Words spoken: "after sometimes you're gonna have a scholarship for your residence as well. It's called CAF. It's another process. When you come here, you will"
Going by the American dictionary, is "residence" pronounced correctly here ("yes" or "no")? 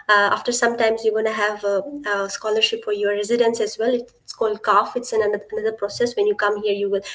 yes